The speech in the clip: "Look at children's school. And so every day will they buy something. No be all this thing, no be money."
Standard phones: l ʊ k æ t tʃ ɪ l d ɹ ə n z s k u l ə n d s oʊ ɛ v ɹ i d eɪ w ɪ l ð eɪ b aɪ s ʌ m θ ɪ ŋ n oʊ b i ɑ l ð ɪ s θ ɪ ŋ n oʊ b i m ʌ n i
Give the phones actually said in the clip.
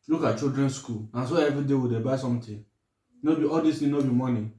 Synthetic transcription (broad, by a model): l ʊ k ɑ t tʃ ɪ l d ɹ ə n s k u l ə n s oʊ ɛ v ɹ i d eɪ w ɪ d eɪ b aɪ s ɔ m t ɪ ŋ n oʊ b i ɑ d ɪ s t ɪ n oʊ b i m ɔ n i